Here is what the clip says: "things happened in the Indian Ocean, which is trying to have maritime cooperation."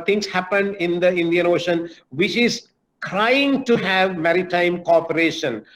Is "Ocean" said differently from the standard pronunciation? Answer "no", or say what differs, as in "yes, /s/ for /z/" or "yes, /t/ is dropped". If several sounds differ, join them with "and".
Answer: no